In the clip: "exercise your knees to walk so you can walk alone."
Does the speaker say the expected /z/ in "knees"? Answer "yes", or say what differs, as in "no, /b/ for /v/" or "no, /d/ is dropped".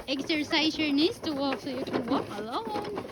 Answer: no, /s/ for /z/